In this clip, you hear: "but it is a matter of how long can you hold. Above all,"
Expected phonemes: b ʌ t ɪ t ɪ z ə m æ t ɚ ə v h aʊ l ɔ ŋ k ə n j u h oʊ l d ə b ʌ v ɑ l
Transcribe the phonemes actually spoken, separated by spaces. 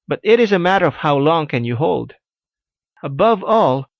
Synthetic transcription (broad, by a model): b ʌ t ɪ t ɪ z ə m æ t ɚ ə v h aʊ l ɔ ŋ k ə n j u h oʊ l d ə b ʌ v ɑ l